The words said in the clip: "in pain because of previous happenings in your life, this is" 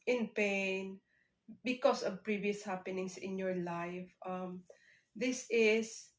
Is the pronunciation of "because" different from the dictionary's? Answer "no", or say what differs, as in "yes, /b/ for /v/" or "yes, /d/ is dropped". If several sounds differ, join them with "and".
yes, /s/ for /z/